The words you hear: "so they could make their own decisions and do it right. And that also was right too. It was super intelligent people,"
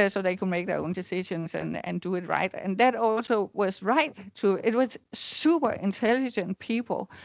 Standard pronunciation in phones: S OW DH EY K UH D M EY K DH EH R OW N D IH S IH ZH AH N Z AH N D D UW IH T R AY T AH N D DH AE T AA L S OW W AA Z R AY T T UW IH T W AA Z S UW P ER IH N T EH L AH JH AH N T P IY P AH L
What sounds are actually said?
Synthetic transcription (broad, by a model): S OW DH EY K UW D M EY K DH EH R OW N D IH S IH SH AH N S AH N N D UW IH T R AY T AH N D DH AE T AA L S OW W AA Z R AY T T UW IH T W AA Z S UW P ER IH N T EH L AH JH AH N P IY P L